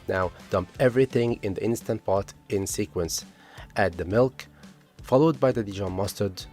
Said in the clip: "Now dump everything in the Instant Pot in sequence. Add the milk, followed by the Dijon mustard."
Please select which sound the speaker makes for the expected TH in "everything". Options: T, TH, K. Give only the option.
TH